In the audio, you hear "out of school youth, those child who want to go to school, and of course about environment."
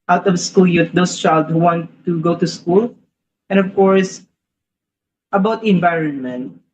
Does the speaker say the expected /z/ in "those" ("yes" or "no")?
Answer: no